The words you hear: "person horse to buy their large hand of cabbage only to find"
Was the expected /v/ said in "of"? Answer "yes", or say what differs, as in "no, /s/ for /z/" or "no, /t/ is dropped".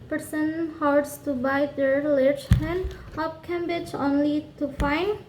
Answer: no, /p/ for /v/